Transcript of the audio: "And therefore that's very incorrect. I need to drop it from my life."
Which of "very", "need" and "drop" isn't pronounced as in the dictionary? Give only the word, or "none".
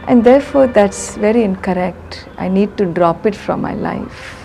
none